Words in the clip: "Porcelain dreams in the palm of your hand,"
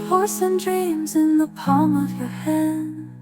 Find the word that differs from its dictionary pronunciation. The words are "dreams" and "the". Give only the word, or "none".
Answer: none